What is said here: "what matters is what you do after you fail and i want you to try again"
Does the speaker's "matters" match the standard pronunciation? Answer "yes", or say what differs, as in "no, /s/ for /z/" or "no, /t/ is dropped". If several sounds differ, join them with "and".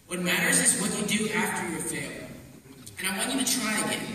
yes